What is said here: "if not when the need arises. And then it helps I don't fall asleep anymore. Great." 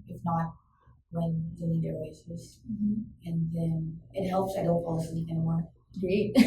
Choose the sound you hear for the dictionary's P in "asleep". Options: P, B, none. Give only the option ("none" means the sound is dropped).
none